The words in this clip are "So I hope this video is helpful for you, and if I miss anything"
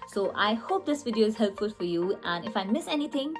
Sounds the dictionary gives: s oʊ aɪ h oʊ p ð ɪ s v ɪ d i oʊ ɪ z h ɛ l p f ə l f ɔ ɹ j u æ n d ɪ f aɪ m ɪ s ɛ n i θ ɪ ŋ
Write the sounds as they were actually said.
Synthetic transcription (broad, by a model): s oʊ aɪ h oʊ p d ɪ s v ɪ d i oʊ ɪ z h ɛ l p f ə l f ɔ ɹ j u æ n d ɪ f aɪ m ɪ s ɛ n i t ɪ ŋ